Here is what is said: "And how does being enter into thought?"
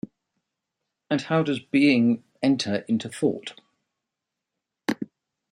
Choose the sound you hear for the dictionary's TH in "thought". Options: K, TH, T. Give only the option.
TH